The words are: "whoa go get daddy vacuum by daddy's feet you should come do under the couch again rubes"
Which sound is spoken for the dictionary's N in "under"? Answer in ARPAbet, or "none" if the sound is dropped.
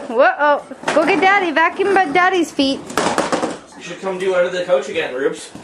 none